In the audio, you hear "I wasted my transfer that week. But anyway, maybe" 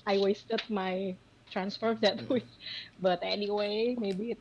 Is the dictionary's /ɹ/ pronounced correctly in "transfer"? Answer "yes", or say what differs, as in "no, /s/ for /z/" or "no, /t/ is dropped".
yes